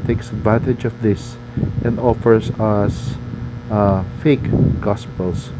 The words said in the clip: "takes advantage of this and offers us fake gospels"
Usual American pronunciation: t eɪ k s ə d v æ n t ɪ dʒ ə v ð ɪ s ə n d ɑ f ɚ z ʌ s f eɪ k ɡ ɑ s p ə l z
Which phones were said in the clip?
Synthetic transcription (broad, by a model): t eɪ k s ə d v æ n t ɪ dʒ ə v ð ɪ s ə n d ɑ f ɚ s ʌ s f eɪ k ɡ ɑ s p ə l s